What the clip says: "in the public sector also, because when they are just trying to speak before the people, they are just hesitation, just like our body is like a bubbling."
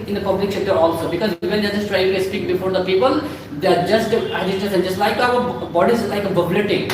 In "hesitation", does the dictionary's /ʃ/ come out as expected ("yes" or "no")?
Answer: no